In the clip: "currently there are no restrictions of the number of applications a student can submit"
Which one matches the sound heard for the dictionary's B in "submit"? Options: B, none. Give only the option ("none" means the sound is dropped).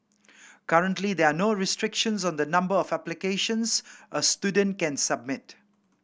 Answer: B